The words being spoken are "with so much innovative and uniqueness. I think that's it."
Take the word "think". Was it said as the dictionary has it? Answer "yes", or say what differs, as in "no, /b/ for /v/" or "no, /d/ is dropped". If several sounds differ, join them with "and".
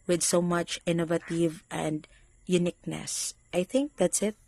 yes